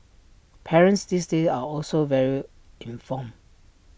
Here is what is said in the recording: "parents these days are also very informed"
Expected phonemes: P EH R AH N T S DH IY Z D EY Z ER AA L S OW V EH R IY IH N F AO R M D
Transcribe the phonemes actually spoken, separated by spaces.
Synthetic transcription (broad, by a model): P EH R AH N T S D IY S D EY AA AA L S OW V EH R IY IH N F AO M